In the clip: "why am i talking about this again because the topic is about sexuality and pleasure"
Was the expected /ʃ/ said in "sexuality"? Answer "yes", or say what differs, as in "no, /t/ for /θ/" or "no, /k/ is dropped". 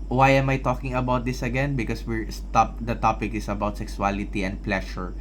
no, /s/ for /ʃ/